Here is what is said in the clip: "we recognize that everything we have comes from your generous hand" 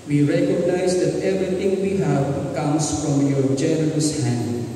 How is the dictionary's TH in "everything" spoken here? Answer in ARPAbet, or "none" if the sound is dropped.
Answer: T